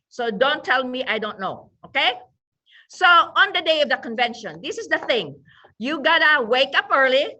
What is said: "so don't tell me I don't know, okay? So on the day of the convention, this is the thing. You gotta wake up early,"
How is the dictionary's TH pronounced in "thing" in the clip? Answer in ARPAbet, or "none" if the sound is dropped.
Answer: TH